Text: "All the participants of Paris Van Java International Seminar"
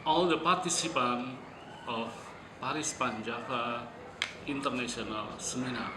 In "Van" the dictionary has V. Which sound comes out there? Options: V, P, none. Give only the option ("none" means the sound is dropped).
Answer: P